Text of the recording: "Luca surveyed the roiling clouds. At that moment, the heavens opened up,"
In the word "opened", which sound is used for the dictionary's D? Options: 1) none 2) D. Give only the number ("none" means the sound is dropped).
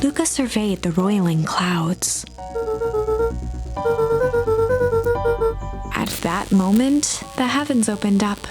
2